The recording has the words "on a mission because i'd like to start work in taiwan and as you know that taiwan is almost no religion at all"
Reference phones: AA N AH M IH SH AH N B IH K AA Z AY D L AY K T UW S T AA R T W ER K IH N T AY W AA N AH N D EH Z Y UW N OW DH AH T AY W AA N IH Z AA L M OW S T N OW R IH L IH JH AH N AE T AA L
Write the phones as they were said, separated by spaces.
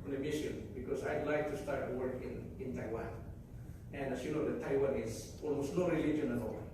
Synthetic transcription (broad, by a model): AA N AH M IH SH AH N B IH K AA S AY D L AY K T UW S T AA R T W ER K IH N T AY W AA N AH N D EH S Y UW N OW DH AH T AY W AA N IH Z AA L M OW S T N OW R IH L IH JH AH N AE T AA L